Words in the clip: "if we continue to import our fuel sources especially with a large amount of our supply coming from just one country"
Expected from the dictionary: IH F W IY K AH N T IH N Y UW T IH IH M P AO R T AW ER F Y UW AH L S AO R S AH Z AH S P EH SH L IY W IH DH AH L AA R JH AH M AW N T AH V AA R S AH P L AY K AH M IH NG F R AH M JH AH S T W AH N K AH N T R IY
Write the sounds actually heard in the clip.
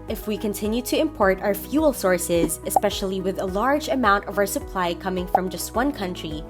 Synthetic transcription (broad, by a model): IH F W IY K AH N T IH N Y UW T IH IH M P AO R T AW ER F Y UW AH L S AO R S AH Z AH S P EH SH L IY W IH DH AH L AA R JH AH M AW N T AH V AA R S AH P L AY K AH M IH NG F R AH M JH AH S T W AH N K AH N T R IY